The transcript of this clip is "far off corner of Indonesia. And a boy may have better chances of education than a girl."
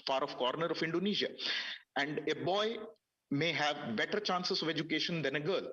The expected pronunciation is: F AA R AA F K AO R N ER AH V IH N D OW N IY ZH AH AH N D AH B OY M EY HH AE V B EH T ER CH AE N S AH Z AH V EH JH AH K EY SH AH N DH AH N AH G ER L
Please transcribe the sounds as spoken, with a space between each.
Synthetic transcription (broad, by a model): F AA R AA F K AO R N ER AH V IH N D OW N IY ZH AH AH N D AH B OY M EY HH AE V B EH T ER CH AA N S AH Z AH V EH JH AH K EY SH AH N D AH N AH G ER L